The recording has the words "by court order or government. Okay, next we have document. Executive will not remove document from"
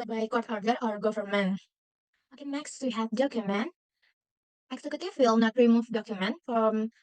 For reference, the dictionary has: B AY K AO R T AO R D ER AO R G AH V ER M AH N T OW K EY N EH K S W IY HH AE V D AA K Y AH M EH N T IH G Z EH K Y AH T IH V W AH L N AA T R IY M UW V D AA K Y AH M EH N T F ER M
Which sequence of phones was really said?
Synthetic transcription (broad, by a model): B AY K AO R T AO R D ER AO R G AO F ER M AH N OW K EY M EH K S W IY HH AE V D AA K Y AH M EH N T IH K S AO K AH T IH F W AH L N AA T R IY M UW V D AA K Y AH M EH N T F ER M